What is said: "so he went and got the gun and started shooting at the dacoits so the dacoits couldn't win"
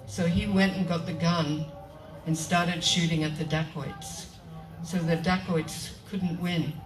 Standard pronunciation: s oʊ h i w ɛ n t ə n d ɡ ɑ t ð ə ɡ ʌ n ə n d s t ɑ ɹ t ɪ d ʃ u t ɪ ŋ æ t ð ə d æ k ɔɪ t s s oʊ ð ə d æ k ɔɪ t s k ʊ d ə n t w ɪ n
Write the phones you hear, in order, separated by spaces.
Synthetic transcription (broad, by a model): s oʊ i w ɛ n t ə n ɡ ɑ t ð ə ɡ ʌ n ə n s t ɑ ɹ t ɪ d ʃ u t ɪ ŋ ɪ t ð ə d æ k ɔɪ t s s oʊ ð ə d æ k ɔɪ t s k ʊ d n t w ɪ n